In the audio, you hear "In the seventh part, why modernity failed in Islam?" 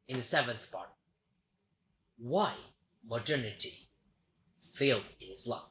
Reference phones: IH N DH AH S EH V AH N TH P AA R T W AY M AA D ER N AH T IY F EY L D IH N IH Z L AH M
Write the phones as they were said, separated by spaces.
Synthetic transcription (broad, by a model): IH N DH AH S EH V AH N TH P AA R T W AY M AA D ER N AH T IY F EY L D IH N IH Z L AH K